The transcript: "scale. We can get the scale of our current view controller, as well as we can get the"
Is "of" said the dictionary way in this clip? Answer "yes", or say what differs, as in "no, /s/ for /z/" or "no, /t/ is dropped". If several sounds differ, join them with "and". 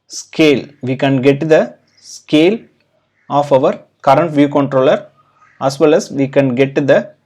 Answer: yes